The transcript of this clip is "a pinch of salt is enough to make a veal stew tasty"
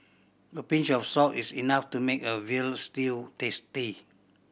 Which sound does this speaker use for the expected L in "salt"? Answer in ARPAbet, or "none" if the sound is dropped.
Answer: none